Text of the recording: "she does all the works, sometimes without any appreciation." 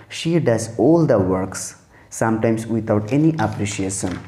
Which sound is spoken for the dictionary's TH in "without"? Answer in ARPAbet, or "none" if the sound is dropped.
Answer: T